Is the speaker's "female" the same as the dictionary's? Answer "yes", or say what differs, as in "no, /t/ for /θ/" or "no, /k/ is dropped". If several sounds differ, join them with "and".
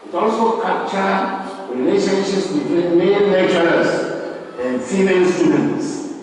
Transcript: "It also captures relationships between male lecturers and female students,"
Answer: no, /n/ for /l/